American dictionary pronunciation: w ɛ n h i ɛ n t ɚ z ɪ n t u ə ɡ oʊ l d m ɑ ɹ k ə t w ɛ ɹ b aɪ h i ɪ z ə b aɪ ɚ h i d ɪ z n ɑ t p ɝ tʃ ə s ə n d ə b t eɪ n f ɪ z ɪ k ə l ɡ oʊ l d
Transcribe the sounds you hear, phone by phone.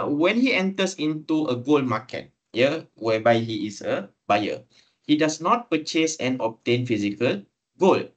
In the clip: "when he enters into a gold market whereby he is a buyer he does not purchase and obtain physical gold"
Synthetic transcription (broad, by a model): w ɛ n h i ɛ n t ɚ s ɪ n t u ə ɡ oʊ l m ɑ k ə t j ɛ w b aɪ h i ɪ s ə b aɪ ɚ h i d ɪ s n ɑ t p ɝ tʃ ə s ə n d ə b t eɪ n f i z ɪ k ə l ɡ oʊ l